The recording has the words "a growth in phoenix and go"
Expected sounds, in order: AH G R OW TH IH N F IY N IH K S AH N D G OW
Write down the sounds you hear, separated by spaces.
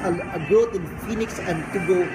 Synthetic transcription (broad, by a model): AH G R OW T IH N F IY N IH K S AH N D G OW